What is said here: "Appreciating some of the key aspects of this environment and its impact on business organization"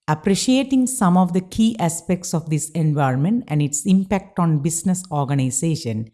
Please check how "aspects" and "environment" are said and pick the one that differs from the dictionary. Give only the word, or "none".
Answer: none